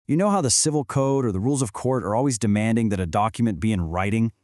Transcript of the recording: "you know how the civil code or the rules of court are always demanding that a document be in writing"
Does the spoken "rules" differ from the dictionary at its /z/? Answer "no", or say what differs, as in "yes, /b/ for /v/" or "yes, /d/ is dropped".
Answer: no